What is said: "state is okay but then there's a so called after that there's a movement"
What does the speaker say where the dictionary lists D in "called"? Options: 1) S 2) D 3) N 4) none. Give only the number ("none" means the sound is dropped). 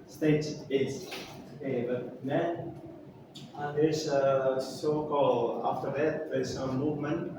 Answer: 4